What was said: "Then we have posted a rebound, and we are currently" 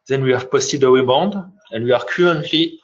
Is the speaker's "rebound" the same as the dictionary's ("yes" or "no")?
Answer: no